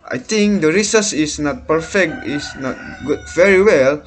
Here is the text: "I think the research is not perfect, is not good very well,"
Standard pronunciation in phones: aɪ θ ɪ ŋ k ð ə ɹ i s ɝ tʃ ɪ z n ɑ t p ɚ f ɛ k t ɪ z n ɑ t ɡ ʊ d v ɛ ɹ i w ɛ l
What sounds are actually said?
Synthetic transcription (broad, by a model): aɪ t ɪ ŋ k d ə ɹ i s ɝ s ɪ s n ɑ t p ɚ f ɛ k t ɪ s n ɑ t ɡ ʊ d v ɛ ɹ i w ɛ l